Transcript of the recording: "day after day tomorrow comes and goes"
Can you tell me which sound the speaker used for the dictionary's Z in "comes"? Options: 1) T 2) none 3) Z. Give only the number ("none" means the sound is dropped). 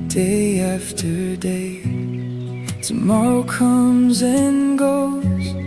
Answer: 3